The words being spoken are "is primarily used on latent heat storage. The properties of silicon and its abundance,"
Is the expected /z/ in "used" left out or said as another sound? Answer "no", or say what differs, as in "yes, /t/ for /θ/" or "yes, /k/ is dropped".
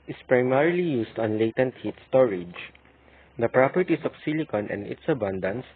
yes, /s/ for /z/